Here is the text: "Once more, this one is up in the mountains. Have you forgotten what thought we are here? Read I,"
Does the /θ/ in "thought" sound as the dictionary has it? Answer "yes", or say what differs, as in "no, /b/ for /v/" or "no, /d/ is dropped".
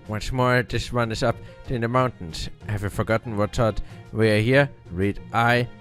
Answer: no, /s/ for /θ/